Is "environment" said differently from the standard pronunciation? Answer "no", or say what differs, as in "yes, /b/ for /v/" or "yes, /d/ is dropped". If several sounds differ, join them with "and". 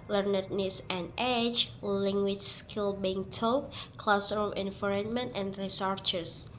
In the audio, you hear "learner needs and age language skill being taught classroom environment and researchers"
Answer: yes, /f/ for /v/